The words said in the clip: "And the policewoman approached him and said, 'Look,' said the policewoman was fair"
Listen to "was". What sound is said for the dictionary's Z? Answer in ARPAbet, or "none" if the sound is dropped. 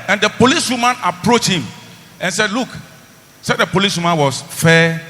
S